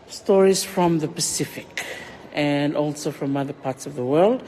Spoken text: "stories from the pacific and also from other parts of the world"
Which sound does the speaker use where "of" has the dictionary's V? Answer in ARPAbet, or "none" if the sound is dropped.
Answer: V